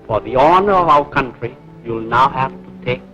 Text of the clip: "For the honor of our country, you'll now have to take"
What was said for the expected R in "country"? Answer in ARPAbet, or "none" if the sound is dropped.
R